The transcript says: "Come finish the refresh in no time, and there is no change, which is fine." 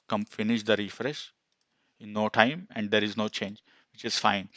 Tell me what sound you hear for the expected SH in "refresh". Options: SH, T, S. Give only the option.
SH